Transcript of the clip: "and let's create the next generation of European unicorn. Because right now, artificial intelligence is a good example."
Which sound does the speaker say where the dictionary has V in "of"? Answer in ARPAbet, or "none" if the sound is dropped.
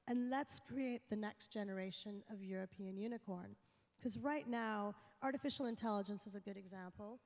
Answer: V